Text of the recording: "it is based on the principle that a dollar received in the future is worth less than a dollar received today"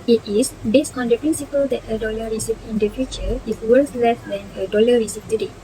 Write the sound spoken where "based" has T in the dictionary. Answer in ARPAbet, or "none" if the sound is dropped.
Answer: T